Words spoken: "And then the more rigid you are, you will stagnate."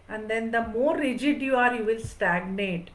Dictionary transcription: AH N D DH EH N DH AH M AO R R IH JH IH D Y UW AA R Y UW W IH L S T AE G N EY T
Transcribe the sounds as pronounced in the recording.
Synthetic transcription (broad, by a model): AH N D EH N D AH M AO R R IH JH IH D Y UW AA R Y UW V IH L S T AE G N EY T